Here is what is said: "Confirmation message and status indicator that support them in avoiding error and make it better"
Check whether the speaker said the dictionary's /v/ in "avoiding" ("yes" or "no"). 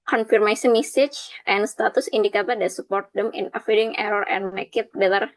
no